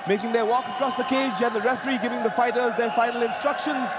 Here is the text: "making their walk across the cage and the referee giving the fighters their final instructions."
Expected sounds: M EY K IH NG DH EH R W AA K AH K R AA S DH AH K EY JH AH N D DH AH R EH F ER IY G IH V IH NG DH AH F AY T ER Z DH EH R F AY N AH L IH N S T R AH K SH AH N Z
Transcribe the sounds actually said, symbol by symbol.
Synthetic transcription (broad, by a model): M EY K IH NG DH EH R W AA K AH K R AA S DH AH K EY JH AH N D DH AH R EH F ER IY G IH V IH NG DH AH F AY T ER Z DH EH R F AY N AH L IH N S T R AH K SH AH N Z